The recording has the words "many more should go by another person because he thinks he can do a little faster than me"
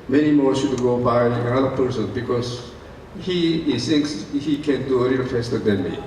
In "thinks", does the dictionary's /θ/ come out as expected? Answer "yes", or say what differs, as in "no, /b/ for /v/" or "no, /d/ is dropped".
no, /s/ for /θ/